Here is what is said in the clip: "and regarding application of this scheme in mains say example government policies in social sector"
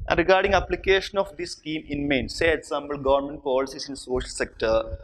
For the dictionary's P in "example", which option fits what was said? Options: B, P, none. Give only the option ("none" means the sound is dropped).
B